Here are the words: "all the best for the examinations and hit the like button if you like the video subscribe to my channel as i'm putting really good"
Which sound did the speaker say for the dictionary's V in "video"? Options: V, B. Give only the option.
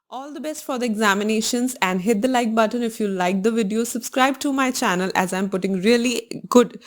V